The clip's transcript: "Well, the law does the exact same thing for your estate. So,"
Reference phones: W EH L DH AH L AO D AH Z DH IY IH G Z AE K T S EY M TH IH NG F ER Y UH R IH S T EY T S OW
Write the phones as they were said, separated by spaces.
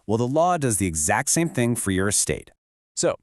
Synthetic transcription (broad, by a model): W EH L DH AH L AO D AH Z DH IY IH G Z AE K T S EY M TH IH NG F ER Y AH R IH S T EY T S OW